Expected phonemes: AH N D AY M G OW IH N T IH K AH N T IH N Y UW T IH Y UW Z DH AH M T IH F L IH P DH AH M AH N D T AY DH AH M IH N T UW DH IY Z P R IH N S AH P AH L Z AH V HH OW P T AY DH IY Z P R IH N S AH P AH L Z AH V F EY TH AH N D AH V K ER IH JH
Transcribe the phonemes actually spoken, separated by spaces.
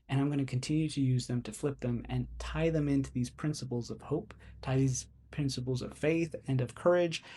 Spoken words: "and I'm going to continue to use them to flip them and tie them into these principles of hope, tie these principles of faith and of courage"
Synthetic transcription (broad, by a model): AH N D AY M G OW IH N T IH K N T IH N Y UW T IH Y UW Z DH AH M T IH F L IH P DH AH M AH N T AY DH AH M IH N T UW DH IY Z P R IH N S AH P L Z AH V HH OW P T AY DH IY Z P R IH N S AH P L Z AH V F EY TH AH N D AH V K ER IH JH